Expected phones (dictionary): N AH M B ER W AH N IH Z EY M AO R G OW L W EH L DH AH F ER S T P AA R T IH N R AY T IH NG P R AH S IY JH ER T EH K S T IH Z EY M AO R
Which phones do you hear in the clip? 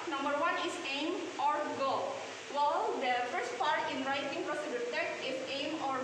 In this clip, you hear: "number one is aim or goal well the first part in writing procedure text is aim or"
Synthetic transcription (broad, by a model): N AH M B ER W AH N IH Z EY M AO R G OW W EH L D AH F ER S T P AA R T IH N R AY T IH NG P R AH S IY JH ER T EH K T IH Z EY M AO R